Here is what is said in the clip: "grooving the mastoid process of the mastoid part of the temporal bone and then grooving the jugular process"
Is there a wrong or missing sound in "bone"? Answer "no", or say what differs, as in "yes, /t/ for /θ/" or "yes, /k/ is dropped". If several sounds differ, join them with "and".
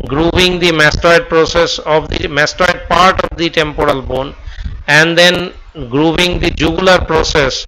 no